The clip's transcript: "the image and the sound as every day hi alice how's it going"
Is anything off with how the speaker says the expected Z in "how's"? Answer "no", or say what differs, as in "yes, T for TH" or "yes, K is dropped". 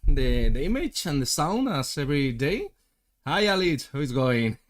yes, Z is dropped